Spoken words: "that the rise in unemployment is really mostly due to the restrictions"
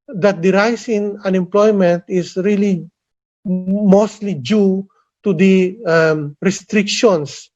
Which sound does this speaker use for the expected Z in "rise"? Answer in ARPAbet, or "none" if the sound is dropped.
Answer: S